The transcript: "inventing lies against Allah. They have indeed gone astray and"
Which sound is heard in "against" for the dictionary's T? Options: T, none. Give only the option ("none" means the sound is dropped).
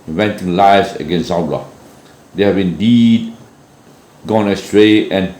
none